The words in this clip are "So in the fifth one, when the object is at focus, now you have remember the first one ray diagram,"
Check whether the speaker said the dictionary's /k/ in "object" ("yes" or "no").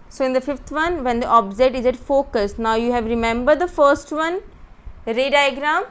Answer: no